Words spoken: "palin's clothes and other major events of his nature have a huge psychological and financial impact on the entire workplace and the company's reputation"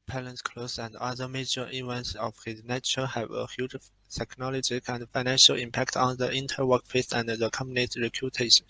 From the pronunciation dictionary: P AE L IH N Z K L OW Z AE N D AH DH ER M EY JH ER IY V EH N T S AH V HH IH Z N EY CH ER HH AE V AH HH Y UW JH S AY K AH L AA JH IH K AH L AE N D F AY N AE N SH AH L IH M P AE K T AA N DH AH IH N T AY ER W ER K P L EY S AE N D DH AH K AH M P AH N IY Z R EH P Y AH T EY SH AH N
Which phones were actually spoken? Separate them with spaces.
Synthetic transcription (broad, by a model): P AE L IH N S K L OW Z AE N D AH DH ER M EY JH ER IY V EH N T S AH V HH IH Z N EY CH ER HH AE V AH HH Y UW JH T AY K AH L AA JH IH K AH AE N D F AY N AE N SH AH L IH M P AE K T AA N DH AH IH N T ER W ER K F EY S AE N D DH AH K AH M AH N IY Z R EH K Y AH T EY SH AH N